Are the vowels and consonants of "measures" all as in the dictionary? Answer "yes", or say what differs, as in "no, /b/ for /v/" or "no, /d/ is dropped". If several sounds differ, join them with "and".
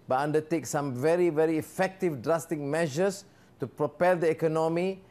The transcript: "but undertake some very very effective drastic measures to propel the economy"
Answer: no, /s/ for /z/